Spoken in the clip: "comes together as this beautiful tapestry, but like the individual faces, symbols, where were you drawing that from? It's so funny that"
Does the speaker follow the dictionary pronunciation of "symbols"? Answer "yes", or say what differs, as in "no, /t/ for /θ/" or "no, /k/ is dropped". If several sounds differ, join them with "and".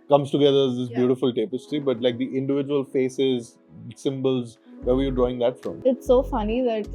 yes